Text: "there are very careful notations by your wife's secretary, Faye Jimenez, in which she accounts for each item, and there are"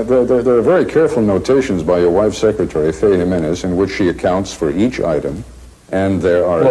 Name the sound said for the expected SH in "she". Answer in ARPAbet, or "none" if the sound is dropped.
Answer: SH